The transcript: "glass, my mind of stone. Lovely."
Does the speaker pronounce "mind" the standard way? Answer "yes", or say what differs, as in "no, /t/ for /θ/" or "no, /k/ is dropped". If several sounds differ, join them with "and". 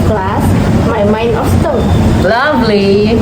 no, /d/ is dropped